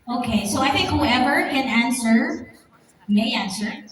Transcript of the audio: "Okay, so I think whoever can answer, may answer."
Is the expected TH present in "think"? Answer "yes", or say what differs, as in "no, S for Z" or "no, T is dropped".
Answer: yes